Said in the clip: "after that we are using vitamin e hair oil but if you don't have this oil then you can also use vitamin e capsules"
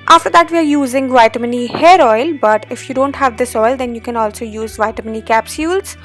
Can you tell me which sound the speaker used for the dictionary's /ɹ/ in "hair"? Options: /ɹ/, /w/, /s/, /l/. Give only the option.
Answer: /ɹ/